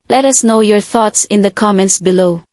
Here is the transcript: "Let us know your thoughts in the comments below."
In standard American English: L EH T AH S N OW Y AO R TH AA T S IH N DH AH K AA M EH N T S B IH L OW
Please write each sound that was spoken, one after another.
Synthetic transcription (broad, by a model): L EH T AH S N OW Y AO R TH AA T S IH N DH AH K AA M EH N T S B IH L OW